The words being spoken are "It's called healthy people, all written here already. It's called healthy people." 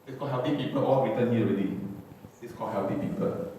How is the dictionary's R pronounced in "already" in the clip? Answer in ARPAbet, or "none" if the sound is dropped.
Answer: none